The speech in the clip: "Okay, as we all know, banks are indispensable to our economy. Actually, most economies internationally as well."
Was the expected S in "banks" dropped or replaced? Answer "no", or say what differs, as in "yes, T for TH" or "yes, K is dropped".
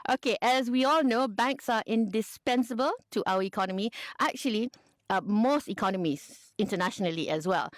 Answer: no